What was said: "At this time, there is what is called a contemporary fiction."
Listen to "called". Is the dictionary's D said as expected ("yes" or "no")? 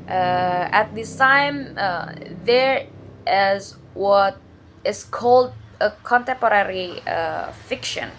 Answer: yes